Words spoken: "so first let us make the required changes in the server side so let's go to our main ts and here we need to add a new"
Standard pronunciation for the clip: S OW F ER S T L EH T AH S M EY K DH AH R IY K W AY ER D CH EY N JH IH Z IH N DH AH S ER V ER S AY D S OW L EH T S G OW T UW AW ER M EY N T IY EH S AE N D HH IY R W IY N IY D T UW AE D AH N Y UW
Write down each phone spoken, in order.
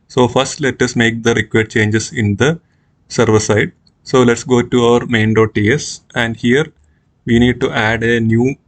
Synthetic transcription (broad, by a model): S OW F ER S T L EH T AH S M EY K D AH R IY K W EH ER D CH EY N JH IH S IH N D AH S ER V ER S AY D S OW L EH T S G OW T UW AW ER M EY N T IY EH S AE N D HH IY R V IY N IY D T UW AE D AH N Y UW